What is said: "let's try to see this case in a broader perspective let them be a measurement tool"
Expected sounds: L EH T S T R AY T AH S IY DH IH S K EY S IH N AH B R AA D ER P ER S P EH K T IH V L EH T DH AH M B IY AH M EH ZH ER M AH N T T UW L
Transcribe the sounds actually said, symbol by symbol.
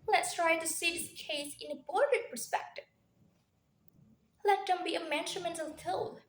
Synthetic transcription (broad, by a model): L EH T S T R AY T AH S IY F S K EY S IH N AH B AA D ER P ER S P EH K T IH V L EH T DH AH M B IY AH M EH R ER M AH N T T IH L